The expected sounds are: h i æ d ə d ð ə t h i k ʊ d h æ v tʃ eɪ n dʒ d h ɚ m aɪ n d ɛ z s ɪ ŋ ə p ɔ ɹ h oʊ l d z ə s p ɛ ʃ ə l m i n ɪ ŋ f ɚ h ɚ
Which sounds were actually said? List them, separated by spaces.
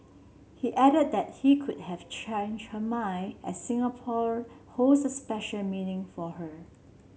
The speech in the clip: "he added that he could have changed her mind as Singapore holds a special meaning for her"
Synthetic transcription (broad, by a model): h i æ d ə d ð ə t h i k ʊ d h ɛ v tʃ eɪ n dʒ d h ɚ m aɪ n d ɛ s s ɪ ŋ ə p ɔ ɹ h oʊ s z ə s p ɛ ʃ ə l m i n ɪ ŋ f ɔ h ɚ